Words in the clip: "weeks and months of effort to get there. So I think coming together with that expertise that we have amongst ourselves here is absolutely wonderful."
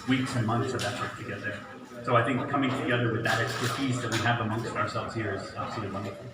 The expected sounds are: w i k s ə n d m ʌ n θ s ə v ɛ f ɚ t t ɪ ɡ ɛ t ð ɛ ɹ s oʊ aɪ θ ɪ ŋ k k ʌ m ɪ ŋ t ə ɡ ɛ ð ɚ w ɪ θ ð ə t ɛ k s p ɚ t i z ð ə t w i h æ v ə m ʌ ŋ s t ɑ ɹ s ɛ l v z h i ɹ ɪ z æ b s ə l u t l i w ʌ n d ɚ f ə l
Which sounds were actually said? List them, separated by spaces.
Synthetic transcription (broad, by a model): w i k s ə n m ʌ n θ s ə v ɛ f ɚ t t ɪ ɡ ɛ t ð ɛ ɹ s oʊ aɪ θ ɪ ŋ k k ʌ m ɪ ŋ t ə ɡ ɛ ð ɚ w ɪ ð ə t ɛ k s p ɚ t i z ð ə t w i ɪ v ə m ʌ ŋ s t ɑ ɹ s ɛ l v z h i ɹ ɪ z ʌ s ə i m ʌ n